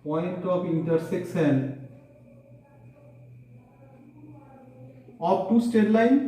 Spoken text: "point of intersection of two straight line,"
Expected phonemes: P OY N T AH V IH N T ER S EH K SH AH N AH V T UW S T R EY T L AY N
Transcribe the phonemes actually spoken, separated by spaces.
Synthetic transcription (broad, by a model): P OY N T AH P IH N T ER S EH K S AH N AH P T UW S T EY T L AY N